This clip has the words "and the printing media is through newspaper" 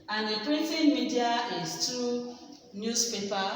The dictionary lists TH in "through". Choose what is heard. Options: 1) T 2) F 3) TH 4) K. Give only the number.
1